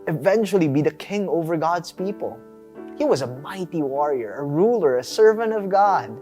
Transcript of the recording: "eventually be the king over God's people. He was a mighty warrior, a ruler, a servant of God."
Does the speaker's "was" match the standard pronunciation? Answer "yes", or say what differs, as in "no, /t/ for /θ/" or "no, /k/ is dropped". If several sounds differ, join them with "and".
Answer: yes